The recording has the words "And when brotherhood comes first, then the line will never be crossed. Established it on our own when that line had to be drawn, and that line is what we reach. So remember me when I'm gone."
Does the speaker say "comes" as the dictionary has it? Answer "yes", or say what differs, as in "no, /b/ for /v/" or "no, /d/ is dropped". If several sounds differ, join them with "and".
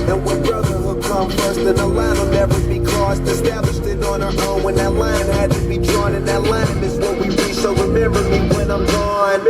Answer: no, /z/ is dropped